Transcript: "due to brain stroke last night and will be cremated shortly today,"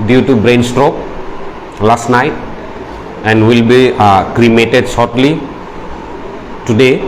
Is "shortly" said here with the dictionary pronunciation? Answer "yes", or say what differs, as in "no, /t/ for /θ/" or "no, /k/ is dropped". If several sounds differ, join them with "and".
no, /s/ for /ʃ/